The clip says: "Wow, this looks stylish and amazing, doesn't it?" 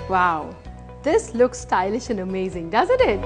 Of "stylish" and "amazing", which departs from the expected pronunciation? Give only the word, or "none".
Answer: none